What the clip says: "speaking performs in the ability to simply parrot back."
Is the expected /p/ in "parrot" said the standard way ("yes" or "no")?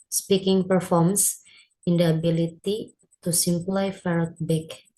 no